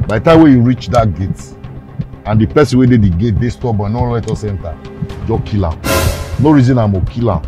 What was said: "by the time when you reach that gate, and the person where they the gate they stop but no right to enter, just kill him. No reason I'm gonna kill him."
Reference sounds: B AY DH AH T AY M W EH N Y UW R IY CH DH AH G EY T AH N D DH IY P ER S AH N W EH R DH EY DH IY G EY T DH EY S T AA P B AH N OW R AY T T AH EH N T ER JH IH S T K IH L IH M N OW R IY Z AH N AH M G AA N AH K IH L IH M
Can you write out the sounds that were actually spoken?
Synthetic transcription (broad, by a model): B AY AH T AY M W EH Y UW R IY CH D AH G EY T AH N D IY P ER S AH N W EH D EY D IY G EY T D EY S T AA P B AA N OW L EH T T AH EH N T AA JH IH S K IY L IH M N OW R IY Z AH N AH M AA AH K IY L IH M